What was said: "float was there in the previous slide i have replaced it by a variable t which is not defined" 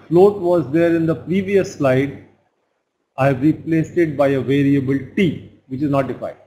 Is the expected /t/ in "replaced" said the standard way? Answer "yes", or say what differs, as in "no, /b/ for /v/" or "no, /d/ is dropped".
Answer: yes